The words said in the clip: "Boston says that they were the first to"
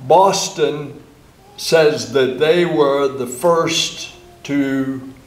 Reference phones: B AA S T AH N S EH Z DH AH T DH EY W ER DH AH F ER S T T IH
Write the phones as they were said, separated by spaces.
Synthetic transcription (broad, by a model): B AA S T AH N S EH Z DH AH T DH EY W ER DH AH F ER S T T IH